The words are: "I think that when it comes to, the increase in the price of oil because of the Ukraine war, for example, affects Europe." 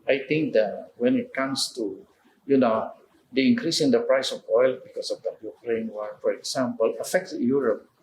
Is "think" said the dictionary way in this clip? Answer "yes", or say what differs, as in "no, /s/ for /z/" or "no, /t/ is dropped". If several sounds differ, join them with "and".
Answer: no, /t/ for /θ/